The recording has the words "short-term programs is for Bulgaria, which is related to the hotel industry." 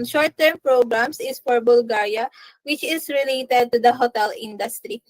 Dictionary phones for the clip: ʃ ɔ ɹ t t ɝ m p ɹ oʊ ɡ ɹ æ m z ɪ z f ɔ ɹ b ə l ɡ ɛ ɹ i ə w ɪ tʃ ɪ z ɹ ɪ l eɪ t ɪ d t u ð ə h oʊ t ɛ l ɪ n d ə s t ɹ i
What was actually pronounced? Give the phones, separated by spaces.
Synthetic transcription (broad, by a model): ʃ ɔ ɹ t t ɝ m p ɹ oʊ ɡ ɹ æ m s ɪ s f ɔ ɹ b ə l ɡ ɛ ɹ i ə w ɪ tʃ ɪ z ɹ ɪ l eɪ t ɪ d t u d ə h oʊ t ɛ l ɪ n d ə s t ɹ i